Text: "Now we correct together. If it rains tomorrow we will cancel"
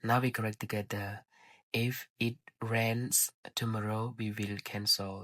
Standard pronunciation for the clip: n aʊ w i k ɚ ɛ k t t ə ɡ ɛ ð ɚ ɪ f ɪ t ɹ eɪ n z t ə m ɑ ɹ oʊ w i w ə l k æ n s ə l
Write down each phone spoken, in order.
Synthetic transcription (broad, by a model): n aʊ w i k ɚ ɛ k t t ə ɡ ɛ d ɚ ɪ f ɪ t ɹ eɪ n s t ə m ɑ ɹ oʊ w i w ə l k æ n s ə l